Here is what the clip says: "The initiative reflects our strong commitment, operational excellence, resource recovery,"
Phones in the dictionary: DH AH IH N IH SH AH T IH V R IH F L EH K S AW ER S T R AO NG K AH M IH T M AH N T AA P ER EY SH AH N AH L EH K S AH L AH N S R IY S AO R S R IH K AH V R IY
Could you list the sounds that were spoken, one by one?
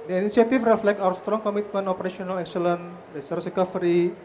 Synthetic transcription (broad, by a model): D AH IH N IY S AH T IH F R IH F L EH K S AW ER S T R AO NG K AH M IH T M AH N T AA P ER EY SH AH N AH L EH K S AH L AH N R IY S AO R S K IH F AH R IY